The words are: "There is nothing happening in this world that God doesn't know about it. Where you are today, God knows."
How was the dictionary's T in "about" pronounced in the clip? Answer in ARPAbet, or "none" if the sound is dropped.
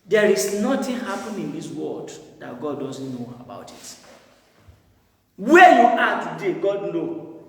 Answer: T